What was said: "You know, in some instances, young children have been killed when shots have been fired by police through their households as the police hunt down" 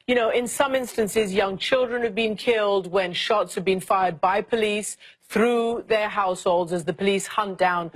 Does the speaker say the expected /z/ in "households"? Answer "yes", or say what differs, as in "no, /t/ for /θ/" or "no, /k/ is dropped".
yes